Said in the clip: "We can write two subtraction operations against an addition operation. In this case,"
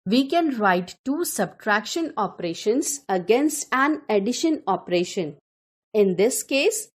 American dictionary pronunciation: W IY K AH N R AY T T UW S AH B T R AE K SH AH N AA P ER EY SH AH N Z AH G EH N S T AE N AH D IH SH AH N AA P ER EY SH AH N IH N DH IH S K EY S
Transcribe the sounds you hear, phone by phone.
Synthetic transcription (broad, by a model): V IY K AH N R AY T T UW S AH B T R AE K SH AH N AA P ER EY SH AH N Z AH G EH N S T AE N AH D IH SH AH N AA P ER EY SH AH N IH N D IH S K EY S